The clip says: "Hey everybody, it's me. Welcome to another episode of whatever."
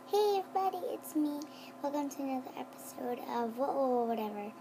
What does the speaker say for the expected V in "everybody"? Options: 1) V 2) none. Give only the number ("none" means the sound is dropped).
2